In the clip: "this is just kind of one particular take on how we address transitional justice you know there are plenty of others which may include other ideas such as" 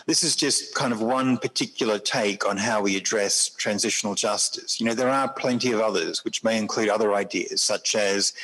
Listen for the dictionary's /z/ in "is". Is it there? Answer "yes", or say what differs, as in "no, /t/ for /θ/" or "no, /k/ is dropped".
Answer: yes